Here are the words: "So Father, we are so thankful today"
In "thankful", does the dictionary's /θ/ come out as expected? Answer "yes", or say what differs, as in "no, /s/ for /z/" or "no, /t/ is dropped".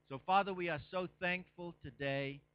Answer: yes